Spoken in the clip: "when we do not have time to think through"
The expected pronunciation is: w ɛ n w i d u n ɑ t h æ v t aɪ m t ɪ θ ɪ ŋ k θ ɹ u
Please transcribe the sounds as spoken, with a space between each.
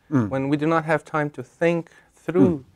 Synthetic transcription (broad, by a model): w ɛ n w i d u n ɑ t h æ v t aɪ m t ɪ θ ɪ ŋ k θ ɹ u